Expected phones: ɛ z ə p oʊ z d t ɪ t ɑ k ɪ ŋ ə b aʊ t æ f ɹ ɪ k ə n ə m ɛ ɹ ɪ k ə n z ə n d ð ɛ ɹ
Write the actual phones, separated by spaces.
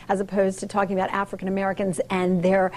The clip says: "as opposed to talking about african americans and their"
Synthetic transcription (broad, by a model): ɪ z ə p oʊ z t ɪ t ɑ k ɪ ŋ ə b aʊ t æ f ɹ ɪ k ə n ə m ɛ ɹ ɪ k ə n z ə n ð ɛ ɹ